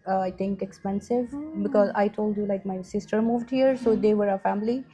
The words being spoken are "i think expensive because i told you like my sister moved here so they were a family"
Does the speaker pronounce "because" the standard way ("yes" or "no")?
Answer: yes